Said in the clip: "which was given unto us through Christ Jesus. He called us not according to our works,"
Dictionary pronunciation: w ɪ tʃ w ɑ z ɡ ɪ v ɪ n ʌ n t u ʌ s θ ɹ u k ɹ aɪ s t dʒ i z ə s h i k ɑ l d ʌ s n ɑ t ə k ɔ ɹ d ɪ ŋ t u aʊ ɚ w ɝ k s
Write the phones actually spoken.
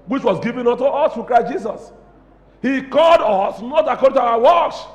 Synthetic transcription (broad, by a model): w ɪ tʃ w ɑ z ɡ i v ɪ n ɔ n t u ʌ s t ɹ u k ɹ aɪ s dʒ i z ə s h i k ɑ l d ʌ s n ɑ t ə k ɔ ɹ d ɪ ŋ t u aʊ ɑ w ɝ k s